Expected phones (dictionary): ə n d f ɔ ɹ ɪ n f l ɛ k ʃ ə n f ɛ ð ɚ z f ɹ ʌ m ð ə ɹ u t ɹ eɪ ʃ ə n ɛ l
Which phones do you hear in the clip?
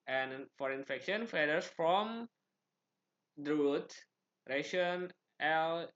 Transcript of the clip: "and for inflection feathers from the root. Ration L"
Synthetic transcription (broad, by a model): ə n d f ɔ ɹ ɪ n f ɛ k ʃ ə n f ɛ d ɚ s f ɹ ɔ m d ɹ u t ɹ eɪ ʃ ə n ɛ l